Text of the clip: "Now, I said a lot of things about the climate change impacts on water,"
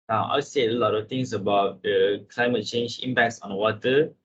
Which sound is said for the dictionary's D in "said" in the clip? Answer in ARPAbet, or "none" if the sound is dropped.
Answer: none